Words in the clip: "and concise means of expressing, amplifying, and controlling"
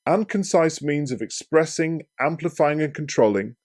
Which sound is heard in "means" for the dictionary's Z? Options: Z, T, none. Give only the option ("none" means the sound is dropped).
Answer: Z